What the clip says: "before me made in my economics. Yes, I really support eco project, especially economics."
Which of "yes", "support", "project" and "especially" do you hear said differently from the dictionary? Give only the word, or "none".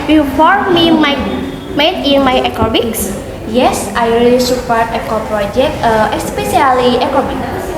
especially